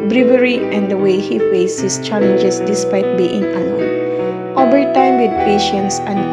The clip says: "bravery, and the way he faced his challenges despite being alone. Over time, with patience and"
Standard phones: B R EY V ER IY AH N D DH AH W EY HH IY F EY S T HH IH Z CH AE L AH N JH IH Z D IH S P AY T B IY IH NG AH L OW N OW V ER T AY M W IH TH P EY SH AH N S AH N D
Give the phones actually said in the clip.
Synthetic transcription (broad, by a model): B R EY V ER IY AH N D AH W EY HH IY F EY S HH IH S CH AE L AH N JH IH S D IH S P AY T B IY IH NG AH OW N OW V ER T AY M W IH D P EY SH AH N S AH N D